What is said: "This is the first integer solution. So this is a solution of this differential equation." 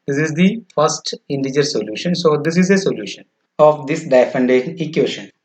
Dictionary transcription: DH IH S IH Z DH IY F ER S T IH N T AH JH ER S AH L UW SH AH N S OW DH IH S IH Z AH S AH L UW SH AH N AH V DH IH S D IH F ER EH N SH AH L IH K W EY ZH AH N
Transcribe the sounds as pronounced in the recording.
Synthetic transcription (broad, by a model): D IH S IH Z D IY F ER S T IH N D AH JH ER S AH L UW SH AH N S OW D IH S IH Z AH S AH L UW SH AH N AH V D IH S D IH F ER N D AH N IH K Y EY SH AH N